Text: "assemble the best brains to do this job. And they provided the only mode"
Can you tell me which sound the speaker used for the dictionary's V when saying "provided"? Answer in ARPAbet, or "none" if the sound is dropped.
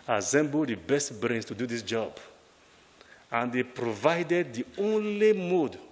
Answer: V